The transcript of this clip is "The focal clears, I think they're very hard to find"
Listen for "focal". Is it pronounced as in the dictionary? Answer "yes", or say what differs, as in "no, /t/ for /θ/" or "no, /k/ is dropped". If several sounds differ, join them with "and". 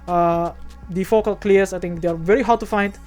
yes